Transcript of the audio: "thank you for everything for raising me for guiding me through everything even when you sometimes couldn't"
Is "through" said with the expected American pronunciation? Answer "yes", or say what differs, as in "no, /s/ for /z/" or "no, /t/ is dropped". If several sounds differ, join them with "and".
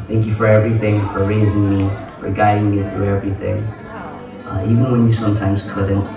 yes